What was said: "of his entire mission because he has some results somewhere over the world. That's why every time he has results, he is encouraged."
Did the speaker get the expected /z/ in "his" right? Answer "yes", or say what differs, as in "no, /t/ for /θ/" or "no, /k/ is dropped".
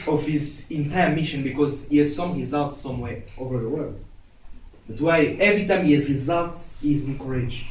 yes